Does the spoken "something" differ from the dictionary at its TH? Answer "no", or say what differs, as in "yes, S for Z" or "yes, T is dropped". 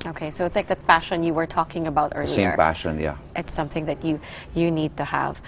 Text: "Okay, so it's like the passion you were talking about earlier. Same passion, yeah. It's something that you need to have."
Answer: no